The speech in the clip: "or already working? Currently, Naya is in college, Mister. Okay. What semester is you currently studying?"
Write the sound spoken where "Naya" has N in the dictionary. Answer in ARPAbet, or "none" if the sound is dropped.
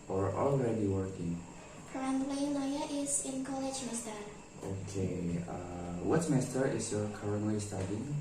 L